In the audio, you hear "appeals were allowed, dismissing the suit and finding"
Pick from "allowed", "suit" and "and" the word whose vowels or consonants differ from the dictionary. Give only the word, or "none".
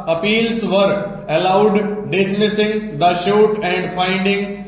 suit